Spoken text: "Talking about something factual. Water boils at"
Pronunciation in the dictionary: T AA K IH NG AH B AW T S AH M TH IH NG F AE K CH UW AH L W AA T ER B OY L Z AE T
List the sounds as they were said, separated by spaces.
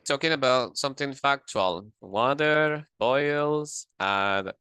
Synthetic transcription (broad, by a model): T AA K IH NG AH B AW T S AH M TH IH NG F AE K CH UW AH L W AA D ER B OY L Z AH